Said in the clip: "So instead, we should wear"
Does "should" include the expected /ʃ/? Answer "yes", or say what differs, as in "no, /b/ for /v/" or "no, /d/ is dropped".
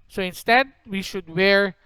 yes